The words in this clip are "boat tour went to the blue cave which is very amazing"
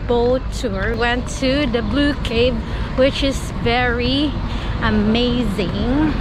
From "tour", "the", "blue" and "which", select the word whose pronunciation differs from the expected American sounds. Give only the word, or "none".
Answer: none